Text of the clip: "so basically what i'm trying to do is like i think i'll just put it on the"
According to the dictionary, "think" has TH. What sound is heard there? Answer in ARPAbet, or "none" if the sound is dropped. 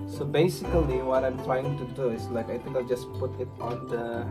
T